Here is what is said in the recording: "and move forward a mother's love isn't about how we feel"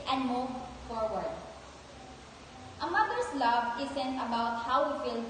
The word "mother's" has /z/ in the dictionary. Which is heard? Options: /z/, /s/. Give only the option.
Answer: /s/